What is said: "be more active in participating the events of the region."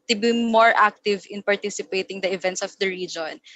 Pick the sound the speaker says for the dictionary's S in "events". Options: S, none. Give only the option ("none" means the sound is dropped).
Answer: S